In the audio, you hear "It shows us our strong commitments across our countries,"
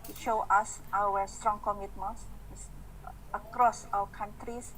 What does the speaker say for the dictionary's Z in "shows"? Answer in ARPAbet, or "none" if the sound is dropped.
none